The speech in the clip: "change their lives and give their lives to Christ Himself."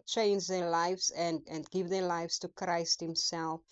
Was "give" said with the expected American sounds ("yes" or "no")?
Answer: yes